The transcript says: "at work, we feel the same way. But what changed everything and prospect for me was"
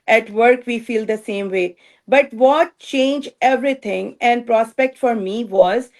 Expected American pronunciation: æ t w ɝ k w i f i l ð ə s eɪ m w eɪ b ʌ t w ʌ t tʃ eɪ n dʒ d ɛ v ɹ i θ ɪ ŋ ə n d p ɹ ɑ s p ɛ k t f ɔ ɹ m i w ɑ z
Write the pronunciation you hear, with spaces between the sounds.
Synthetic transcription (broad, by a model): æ t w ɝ k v i f i l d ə s eɪ m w eɪ b ʌ t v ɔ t tʃ eɪ n dʒ ɛ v ɹ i t ɪ ŋ ə n d p ɹ ɑ s p ɛ k t f ɔ ɹ m i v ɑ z